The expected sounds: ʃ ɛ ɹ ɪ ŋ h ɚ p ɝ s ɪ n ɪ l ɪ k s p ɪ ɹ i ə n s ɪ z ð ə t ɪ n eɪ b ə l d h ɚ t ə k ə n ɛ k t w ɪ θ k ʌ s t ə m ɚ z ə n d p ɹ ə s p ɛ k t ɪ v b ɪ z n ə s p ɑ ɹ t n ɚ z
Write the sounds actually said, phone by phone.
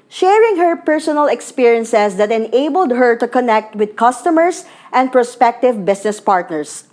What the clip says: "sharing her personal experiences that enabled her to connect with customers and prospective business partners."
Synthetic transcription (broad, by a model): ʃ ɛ ɹ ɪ ŋ h ɚ p ɝ s ɪ n ɪ l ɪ k s p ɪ ɹ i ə n s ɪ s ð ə t ɪ n eɪ b ə l d h ɚ t ə k ə n ɛ k t w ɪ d k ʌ s t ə m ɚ s ə n d p ɹ ə s p ɛ k t ɪ v b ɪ s n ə s p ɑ ɹ t n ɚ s